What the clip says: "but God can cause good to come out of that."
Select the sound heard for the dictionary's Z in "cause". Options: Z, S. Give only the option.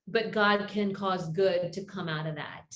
Z